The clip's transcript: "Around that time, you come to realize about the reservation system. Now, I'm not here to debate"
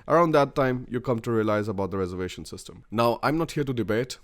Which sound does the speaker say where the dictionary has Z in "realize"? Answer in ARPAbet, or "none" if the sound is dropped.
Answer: Z